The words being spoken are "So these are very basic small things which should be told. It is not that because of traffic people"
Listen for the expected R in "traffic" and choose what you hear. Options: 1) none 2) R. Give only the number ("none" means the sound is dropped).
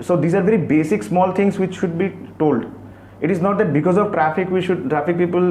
2